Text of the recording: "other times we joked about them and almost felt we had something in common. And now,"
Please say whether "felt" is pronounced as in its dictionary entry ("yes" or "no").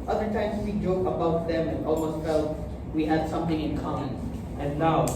yes